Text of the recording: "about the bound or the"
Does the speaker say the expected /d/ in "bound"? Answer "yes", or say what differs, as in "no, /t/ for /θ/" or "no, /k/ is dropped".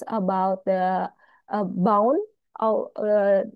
no, /d/ is dropped